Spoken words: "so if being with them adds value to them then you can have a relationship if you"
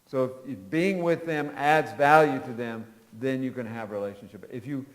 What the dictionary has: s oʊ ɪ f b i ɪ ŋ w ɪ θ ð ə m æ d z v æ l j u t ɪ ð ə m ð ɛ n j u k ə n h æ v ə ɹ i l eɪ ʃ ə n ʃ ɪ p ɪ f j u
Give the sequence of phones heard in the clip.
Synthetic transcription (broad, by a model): s oʊ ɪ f b i ɪ ŋ w ɪ ð ə m æ d z v æ l j u t ɪ ð ə m ð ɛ n j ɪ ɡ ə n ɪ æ v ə ɹ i l eɪ ʃ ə n ʃ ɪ p ɪ f j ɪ